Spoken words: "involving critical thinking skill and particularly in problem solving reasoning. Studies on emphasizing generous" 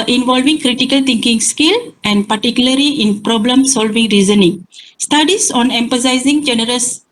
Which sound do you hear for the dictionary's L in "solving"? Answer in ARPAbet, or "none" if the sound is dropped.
L